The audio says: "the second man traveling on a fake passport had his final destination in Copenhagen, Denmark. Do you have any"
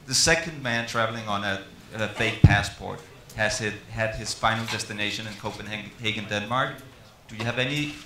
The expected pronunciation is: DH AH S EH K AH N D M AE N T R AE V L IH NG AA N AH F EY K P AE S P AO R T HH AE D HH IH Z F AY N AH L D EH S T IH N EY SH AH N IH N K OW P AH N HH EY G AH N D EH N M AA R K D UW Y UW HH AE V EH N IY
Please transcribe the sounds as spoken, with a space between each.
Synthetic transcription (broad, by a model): DH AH S EH K AH N D M AE N T R AE V L IH NG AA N AH F EY K P AE S P AO R T HH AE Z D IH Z F AY N L D EH S T IH N EY SH AH N IH N K OW P AH N HH EY G AH N D EH N M AA R K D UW Y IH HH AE V EH N IY